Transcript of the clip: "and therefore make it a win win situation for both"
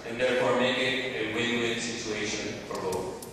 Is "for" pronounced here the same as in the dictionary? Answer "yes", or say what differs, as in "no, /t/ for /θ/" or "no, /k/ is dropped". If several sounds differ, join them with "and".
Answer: no, /p/ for /f/